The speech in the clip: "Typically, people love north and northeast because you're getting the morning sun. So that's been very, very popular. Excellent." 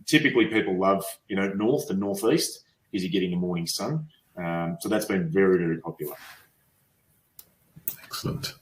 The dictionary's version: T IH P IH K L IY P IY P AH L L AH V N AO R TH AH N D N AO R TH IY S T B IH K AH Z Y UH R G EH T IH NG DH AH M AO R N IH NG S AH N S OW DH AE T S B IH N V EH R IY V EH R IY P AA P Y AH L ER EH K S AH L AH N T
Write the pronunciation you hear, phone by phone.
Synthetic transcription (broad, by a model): T IH P IH K L IY P IY P L L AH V N AO R TH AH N N AO R TH IY S T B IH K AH Z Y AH R G EH T IH NG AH M AO R N IH NG S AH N S OW DH AE T S B IH N V EH R IY V EH R IY P AA P Y L ER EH K S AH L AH N T